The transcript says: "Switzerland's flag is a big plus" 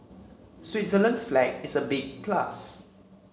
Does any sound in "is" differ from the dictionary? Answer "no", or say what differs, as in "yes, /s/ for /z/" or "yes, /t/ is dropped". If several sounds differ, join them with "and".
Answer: yes, /s/ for /z/